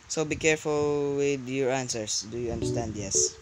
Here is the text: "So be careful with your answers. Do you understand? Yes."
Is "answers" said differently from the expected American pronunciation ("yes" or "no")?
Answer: yes